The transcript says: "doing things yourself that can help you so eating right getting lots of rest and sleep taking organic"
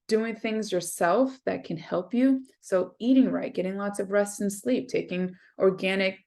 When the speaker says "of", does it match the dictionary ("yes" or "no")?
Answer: yes